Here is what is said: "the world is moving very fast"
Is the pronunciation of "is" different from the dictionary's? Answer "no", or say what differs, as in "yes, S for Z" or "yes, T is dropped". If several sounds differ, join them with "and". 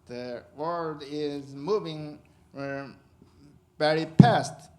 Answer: no